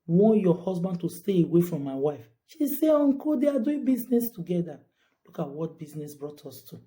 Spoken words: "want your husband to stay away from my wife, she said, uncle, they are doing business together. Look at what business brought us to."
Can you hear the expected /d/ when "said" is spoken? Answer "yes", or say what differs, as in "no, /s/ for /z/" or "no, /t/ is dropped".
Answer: no, /d/ is dropped